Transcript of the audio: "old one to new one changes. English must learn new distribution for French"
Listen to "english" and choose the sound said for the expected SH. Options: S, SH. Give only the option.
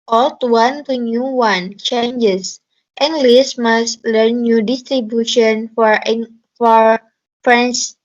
S